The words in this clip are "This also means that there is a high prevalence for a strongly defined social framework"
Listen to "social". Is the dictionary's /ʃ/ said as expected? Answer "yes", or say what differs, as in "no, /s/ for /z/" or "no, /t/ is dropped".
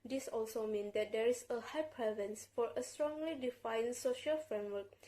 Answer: yes